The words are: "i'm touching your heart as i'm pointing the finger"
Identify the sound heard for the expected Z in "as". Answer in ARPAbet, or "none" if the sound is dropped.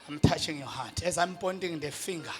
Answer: Z